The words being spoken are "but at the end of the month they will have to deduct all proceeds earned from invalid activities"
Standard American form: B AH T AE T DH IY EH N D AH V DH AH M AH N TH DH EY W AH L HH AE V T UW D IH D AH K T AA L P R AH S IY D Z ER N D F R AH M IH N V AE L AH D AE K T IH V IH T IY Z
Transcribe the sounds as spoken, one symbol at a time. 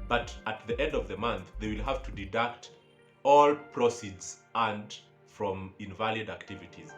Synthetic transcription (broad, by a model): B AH T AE T DH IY EH N D AH V DH AH M AH N TH DH EY W AH L HH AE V T UW D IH D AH K T AA L P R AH S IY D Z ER N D F R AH M IH N V AE L AH D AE K T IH V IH T IY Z